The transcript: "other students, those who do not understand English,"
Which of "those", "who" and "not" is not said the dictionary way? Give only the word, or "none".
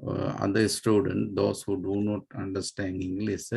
those